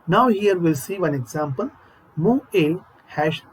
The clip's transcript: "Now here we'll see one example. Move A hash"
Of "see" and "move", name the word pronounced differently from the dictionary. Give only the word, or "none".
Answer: move